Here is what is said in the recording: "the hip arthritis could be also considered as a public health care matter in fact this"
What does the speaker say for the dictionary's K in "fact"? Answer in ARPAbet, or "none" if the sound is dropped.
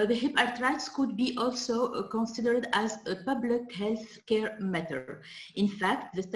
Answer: K